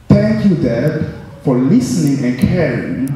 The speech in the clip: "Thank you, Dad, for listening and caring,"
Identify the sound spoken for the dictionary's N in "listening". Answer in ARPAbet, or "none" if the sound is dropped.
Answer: N